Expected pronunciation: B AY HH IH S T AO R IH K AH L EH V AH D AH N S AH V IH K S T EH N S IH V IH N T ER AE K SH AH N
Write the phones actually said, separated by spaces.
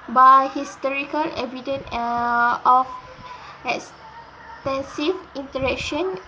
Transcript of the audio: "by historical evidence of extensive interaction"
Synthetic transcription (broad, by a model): B AY HH IH S T AO R IH K AH L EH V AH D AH N AH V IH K S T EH N S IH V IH N T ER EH K SH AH N